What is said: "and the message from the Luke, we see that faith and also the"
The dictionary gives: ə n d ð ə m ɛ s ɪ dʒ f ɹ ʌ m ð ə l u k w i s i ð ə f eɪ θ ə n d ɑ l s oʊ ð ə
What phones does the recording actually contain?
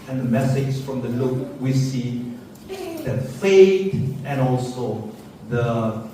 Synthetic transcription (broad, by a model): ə n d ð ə m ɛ s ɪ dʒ f ɹ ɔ m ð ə l u k w i s i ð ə f eɪ t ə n ɑ l s oʊ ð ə